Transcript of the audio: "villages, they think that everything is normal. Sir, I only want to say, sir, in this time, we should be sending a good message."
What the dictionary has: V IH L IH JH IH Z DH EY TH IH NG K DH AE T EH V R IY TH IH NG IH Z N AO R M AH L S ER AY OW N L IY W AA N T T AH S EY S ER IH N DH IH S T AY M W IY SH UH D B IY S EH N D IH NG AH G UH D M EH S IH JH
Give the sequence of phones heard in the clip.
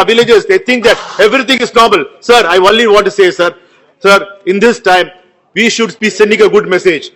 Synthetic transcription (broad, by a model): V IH L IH JH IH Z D EY T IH NG K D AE T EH V R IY T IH NG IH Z N AO R M AH L S ER AY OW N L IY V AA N T S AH S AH S ER IH N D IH S T AY M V IY SH UH D B IY S EH N D IH NG AH G UH D M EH S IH JH